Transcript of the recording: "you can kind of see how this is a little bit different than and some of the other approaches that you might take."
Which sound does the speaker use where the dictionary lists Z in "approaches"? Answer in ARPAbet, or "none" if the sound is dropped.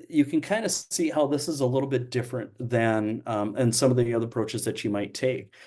Z